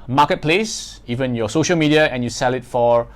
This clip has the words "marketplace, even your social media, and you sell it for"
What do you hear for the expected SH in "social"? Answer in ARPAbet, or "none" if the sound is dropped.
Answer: SH